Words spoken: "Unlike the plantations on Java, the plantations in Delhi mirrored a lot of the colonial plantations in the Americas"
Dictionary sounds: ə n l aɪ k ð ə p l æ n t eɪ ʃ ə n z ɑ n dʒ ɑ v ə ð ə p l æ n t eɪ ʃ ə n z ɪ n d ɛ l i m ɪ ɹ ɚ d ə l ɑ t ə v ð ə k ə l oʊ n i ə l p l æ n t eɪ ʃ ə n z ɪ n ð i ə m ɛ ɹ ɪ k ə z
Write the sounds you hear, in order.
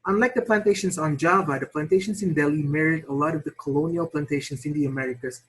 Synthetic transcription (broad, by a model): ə n l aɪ k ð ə p l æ n t eɪ ʃ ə n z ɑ n dʒ ɑ v ə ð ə p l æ n t eɪ ʃ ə n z ɪ n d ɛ l i m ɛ ɹ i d ə l ɑ t ə v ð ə k ə l oʊ n i ə l p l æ n t eɪ ʃ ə n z ɪ n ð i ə m ɛ ɹ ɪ k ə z